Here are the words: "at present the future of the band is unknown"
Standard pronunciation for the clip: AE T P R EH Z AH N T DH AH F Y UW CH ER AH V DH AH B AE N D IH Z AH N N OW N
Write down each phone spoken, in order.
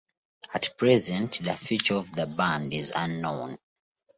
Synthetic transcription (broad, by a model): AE T P R EH Z AH N T DH AH F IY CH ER AH V DH AH B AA N D IH Z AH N N OW N